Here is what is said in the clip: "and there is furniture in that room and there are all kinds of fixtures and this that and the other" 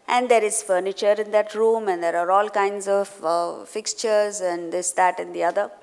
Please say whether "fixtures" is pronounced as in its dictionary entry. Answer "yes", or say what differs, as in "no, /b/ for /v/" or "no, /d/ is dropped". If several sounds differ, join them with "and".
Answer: yes